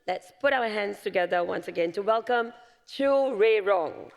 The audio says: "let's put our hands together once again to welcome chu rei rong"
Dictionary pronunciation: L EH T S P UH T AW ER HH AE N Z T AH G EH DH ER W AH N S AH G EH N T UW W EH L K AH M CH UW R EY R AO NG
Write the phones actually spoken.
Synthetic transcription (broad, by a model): L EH T S P UH T AW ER HH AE N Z T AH G EH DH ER W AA N S AH G EH N T UW W EH L K AH M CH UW R EY R AO NG